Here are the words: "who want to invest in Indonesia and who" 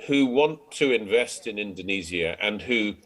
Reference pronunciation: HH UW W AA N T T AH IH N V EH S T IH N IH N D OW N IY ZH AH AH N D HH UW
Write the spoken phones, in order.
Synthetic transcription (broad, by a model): HH UW W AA N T T AH IH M V EH S T IH N IH N D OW N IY Z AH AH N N HH UW